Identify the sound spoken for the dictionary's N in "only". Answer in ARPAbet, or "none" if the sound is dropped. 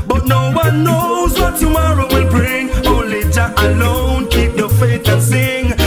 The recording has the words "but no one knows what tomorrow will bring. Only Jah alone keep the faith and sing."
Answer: none